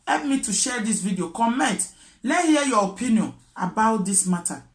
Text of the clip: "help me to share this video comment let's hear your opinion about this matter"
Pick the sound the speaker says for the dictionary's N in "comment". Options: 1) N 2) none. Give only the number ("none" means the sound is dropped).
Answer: 1